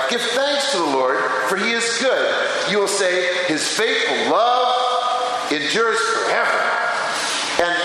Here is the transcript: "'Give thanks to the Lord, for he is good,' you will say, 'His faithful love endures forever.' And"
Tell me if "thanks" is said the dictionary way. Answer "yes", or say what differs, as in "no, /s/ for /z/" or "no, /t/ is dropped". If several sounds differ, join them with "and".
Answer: yes